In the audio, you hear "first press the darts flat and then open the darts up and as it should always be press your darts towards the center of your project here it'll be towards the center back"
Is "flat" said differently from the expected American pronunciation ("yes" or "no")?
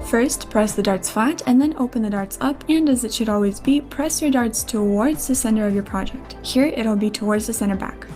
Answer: yes